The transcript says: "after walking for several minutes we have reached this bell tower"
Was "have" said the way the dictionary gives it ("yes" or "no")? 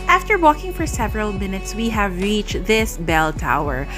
yes